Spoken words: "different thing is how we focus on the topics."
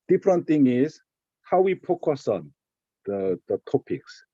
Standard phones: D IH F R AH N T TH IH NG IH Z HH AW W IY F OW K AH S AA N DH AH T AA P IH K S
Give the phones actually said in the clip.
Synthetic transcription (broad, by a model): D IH F R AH N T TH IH NG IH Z HH AW W IY P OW K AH S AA N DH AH T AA P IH K S